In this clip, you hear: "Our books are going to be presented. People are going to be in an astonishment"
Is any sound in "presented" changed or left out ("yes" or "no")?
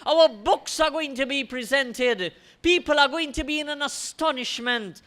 no